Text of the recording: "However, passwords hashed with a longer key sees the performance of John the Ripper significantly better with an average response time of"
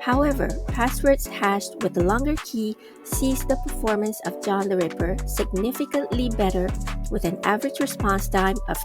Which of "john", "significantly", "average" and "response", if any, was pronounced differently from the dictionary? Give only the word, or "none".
none